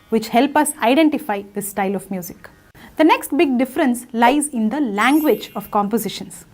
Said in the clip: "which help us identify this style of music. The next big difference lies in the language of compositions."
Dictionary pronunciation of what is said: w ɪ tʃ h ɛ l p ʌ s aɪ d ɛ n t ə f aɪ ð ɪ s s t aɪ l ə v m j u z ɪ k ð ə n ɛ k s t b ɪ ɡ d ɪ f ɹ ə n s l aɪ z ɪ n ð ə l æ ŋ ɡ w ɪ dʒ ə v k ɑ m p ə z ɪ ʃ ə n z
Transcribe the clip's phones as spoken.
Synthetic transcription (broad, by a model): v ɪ tʃ h ɛ l p ʌ s aɪ d ɛ n t ə f aɪ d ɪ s s t aɪ l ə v m j u z ɪ k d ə n ɛ k s t b ɪ ɡ d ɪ f ɹ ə n s l aɪ z ɪ n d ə l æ ŋ ɡ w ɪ dʒ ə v k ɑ m p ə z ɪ ʃ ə n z